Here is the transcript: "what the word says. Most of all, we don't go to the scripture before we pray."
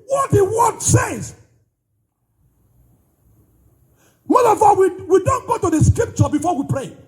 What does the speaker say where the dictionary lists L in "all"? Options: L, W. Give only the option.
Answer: W